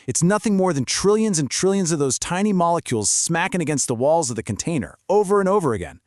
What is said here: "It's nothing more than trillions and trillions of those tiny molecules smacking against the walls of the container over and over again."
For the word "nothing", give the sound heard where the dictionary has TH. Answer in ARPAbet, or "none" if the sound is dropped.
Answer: TH